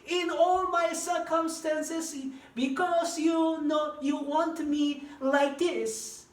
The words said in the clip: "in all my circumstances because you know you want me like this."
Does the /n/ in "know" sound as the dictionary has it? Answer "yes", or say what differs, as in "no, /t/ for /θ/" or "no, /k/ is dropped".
yes